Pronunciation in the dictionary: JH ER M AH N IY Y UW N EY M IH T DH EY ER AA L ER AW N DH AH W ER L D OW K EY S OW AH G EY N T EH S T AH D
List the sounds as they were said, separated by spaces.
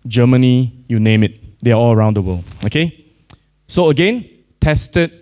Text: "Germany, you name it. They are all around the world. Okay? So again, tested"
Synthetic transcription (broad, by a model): JH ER M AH N IY Y UW N EY M IH T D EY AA AA L ER AW N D AH W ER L OW K EY S OW AH G EY N T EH S T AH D